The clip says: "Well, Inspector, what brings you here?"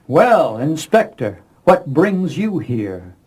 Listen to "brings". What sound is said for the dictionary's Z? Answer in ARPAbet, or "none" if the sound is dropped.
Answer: Z